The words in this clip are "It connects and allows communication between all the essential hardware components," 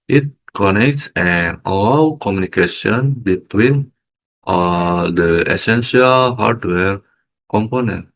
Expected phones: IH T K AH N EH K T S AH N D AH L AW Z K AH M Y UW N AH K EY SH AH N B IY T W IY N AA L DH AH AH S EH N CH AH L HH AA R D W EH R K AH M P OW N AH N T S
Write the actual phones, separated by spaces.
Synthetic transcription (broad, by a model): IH T K AH N EH K T S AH N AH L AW K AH M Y UW N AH K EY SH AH N B IY T W IY N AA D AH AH S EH N S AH L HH AA R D W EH R K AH M P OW N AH N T